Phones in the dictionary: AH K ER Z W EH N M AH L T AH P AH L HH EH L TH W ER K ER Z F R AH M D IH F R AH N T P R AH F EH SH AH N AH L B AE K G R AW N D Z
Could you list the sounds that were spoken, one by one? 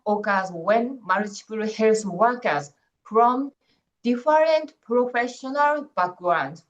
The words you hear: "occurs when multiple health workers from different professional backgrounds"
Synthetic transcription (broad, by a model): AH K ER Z W EH N M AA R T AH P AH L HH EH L S W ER K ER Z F R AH M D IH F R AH N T P R AH F EH SH AH N AH L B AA K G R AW N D